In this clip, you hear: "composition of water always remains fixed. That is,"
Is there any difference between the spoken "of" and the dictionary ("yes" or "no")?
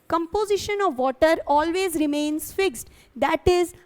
no